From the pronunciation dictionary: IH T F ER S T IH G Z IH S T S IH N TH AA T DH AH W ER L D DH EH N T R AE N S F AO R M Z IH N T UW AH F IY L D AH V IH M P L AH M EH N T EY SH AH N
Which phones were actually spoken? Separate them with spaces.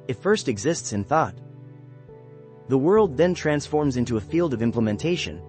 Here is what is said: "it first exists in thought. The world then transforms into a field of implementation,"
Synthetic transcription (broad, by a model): IH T F ER S T IH G Z IH S T S IH N TH AA T DH AH W ER L D DH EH N T R AE N S F AO R M Z IH N T UW AH F IY L D AH V IH M P L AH M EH N T EY SH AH N